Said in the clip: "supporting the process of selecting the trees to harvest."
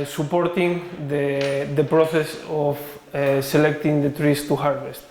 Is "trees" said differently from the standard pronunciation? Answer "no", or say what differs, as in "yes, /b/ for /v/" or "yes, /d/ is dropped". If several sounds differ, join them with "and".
yes, /s/ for /z/